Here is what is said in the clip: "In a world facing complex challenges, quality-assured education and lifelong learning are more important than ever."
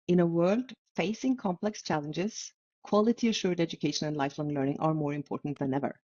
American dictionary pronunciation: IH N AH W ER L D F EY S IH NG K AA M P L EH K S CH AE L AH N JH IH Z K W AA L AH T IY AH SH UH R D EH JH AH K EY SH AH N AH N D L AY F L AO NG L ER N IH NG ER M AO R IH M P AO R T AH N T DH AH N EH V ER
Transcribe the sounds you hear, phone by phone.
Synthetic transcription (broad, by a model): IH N AH W ER L D F EY S IH NG K AA M P L EH K S CH AE L AH N JH IH Z K W AA L AH T IY AH SH UH R D EH JH AH K EY SH AH N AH N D L AY F L AO NG L ER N IH NG ER M AO R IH M P AO R T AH N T DH AH N EH V ER